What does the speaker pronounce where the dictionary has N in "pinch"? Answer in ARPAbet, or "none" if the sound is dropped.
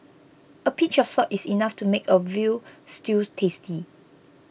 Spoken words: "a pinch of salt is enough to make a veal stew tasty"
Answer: none